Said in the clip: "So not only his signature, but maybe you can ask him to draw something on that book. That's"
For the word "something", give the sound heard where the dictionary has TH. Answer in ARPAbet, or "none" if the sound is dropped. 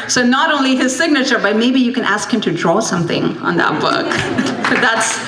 TH